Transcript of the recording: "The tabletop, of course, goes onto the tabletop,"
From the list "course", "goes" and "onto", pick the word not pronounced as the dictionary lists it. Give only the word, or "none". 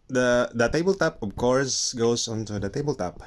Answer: goes